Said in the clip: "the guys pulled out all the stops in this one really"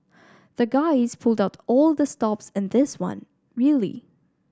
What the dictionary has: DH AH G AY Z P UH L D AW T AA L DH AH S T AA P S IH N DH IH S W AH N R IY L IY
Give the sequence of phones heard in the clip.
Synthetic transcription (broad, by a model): DH AH G AY Z P UH L D AW T AA L DH AH S T AA P S IH N DH IH S W AH N R IY L IY